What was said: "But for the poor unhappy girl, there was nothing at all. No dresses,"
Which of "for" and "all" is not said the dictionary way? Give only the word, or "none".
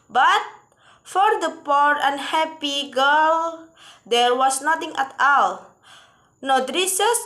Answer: none